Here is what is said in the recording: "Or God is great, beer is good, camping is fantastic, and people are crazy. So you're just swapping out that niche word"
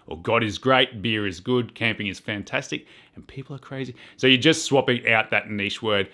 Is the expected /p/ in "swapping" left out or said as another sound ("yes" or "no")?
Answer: no